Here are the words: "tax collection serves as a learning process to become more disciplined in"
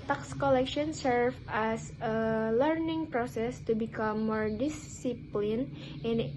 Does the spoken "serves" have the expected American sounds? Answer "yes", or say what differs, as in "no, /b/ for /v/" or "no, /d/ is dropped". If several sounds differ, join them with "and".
no, /z/ is dropped